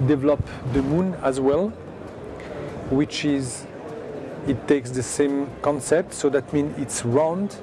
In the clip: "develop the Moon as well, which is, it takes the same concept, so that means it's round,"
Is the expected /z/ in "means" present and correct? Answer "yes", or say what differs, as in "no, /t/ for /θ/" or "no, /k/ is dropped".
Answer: no, /z/ is dropped